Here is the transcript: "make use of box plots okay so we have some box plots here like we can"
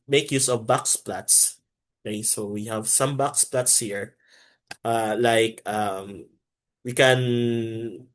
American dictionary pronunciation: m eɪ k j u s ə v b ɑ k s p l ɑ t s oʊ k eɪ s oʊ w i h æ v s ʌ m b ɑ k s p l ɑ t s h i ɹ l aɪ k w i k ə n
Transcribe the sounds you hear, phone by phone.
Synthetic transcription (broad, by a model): m eɪ k j u s ə v b ɑ k s p l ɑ t s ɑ ɪ s oʊ w i h æ v s ʌ m b ɑ k s p l ɑ t s h i ɹ l aɪ k w i k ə n